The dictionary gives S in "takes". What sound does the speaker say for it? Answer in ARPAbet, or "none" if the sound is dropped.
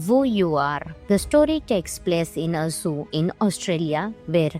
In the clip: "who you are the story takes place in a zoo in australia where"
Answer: S